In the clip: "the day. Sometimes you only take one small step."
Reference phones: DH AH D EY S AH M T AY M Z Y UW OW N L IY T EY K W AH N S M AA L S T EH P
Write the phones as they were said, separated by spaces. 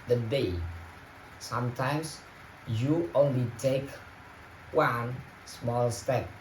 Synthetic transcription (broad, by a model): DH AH D EY S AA M T AY M S Y UW OW N L IY T EY K W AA N S M AA L S T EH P